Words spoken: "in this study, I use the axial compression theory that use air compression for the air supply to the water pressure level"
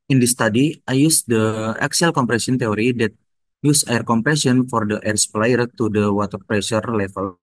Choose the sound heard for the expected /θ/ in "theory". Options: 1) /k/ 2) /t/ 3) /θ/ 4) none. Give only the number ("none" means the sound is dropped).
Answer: 2